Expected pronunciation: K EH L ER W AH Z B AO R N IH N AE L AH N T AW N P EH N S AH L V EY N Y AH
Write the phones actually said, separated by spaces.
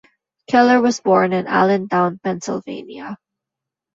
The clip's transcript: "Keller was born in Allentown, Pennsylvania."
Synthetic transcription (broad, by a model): K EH L ER W AH Z B AO R N IH N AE L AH N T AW N P EH N S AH L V EY N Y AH